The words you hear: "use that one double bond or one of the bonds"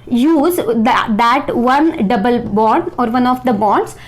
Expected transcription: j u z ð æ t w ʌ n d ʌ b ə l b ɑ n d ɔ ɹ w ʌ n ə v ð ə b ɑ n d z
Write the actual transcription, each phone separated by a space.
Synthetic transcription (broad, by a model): j u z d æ t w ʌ n d ʌ b ə l b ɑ d ɔ ɹ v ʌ n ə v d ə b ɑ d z